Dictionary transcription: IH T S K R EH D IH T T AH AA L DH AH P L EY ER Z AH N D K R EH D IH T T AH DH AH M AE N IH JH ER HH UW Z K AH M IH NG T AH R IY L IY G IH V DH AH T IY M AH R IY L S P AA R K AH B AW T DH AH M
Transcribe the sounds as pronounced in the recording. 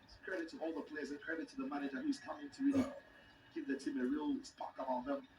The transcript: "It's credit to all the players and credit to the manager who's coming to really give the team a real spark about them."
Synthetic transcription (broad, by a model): K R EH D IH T T AH AA L DH AH P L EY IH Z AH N K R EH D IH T T AH DH AH M AE N IH JH ER HH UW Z K AH M IH NG T AH R IY L IY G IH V DH AH T IY M AH R IY L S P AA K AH AW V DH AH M